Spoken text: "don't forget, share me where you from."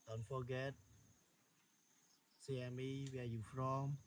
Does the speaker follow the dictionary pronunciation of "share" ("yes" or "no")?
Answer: no